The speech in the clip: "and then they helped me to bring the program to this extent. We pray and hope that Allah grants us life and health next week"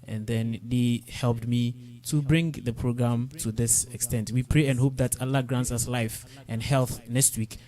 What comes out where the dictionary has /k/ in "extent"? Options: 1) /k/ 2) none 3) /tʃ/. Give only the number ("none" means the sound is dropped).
1